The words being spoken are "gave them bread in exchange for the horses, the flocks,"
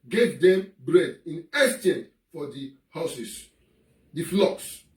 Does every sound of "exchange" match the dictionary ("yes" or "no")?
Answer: no